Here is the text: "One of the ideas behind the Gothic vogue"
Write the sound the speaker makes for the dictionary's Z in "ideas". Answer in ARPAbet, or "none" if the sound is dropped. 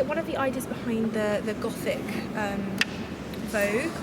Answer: Z